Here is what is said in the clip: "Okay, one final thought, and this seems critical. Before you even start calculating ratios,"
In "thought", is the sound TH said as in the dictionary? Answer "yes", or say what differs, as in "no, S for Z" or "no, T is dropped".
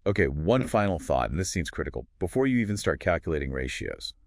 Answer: yes